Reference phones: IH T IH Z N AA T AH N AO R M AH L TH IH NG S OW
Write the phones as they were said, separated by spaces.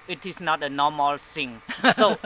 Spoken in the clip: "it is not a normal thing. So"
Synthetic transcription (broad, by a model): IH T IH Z N AA T AH N AO M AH L S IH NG S OW